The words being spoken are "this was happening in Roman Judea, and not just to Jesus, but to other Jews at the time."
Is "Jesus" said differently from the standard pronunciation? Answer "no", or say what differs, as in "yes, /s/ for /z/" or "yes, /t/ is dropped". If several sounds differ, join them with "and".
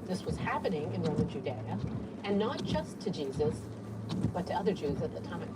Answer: no